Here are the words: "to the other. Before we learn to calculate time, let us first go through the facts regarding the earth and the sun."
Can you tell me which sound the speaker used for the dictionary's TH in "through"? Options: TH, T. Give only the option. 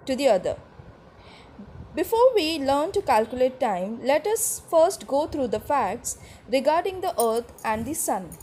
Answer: T